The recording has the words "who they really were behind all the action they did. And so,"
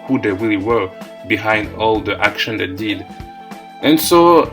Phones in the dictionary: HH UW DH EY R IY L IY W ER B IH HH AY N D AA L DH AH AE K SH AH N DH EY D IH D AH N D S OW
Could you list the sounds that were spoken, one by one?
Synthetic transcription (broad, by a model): HH UW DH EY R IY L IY W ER B IH HH AY N D AA L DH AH AE K SH AH N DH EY D IH D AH N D S OW